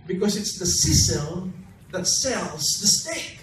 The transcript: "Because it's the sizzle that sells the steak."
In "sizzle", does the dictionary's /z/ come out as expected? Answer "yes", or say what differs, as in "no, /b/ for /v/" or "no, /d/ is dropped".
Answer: no, /s/ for /z/